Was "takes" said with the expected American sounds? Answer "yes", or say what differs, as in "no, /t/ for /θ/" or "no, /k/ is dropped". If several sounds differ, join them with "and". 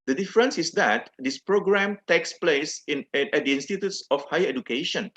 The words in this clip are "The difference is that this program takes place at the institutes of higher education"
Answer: yes